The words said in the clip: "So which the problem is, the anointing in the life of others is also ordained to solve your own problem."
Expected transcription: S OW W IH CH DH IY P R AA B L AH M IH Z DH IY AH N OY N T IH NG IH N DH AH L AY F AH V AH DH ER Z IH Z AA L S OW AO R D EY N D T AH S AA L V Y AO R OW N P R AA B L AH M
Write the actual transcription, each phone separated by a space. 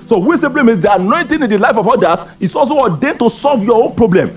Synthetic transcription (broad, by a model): S OW W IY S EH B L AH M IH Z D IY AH N OY N T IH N IH N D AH L AY F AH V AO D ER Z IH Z AA L S OW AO D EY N T AH S AA L V Y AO OW N P R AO B L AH M